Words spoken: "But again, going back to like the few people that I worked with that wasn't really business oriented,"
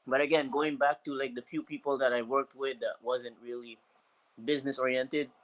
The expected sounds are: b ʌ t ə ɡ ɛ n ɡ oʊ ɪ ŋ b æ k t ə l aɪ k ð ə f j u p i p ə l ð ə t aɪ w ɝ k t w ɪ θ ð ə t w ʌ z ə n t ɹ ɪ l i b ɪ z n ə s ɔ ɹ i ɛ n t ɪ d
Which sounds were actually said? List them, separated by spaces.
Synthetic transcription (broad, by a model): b ʌ t ə ɡ ɛ n ɡ oʊ ɪ ŋ b æ k t ə l aɪ k ð ə f j u p i p l ð ə t aɪ w ɝ k t w ɪ ð ə t w ʌ z ə n t ɹ ɪ l i b ɪ z n ə s ɔ ɹ i ɛ n t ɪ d